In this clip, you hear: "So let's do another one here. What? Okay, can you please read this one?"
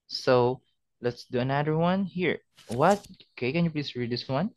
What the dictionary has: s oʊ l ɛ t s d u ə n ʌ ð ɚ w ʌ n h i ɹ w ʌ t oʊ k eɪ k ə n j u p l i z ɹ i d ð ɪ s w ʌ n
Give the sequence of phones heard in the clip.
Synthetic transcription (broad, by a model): s oʊ l ɛ t s d u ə n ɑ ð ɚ w ʌ n h i ɹ w ʌ t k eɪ k ə n j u p l i s ɹ i d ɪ s w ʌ n